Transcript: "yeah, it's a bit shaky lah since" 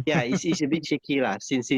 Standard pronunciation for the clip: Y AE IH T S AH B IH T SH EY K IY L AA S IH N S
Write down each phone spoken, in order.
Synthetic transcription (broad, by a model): Y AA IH S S AH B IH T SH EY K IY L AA S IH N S